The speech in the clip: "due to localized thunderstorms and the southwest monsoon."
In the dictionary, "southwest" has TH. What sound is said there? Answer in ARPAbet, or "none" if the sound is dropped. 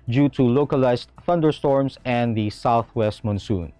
TH